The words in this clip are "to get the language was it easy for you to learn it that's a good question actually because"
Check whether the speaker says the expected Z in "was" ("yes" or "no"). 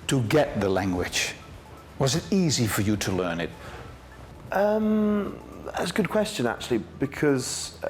yes